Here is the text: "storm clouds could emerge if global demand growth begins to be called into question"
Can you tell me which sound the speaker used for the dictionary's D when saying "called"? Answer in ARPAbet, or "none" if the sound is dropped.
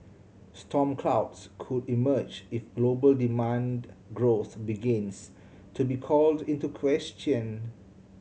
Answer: D